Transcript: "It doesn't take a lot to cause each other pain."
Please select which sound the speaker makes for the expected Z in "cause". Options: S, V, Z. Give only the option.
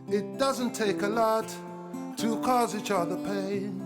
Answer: Z